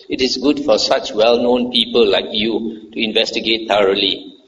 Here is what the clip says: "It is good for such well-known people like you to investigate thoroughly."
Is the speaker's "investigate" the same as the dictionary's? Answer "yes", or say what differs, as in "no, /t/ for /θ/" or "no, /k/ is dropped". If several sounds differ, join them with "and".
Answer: yes